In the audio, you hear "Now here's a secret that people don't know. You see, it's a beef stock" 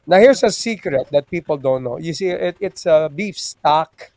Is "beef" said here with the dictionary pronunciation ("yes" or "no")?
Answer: yes